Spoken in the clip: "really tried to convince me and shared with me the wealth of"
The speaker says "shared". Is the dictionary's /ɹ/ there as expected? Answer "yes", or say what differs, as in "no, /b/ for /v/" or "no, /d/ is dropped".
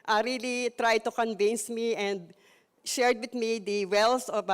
yes